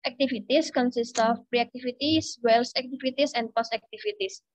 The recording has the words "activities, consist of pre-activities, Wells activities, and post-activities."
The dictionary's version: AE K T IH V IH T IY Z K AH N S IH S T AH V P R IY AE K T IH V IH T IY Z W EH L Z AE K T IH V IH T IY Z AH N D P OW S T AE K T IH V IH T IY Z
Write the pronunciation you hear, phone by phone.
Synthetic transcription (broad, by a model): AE K T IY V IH T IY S K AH N S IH S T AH F P R IY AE K T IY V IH T IY S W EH L S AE K T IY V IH T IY S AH N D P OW S AE K T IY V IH T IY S